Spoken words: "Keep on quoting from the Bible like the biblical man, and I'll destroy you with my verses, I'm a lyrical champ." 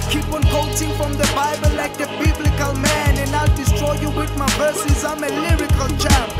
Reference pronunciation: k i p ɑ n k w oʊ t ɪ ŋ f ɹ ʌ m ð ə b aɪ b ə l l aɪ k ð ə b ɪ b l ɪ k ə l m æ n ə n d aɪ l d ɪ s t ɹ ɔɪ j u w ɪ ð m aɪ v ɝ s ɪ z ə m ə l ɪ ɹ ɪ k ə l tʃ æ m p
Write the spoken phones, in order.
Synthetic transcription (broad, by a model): k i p ɑ n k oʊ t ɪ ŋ f ɹ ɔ m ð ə b aɪ b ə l l aɪ k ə b ɪ b l ɪ k ə l m æ n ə n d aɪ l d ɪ s t ɹ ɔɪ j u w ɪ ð m aɪ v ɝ s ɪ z ə m ə l ɪ ɹ ɪ k ə l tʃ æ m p